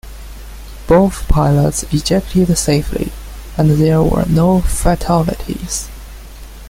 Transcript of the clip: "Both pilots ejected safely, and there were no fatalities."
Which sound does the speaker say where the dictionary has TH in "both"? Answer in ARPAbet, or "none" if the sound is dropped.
TH